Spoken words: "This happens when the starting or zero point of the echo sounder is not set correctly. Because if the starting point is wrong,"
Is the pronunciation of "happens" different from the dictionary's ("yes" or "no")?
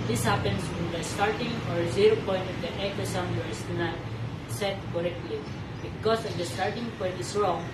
yes